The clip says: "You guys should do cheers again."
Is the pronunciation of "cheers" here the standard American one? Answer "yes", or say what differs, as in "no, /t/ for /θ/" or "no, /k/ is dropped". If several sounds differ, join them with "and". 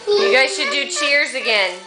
yes